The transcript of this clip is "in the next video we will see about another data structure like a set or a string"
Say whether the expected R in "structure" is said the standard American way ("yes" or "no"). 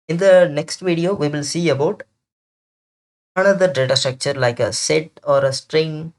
yes